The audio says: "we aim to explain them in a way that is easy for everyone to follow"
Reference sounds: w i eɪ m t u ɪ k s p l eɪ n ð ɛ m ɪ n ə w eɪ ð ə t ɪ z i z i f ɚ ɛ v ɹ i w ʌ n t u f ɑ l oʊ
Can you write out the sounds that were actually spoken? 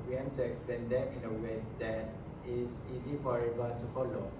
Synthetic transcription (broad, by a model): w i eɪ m t u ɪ k s p l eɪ n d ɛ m ɪ n ə w eɪ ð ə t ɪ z i z i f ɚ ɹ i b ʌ l t u f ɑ l oʊ